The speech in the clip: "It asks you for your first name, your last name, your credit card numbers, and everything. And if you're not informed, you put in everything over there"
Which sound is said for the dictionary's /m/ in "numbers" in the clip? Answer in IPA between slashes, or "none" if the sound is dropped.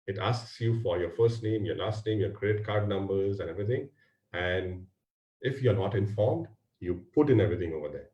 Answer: /m/